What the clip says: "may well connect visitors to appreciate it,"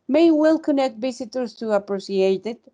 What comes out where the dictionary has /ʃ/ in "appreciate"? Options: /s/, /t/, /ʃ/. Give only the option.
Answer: /s/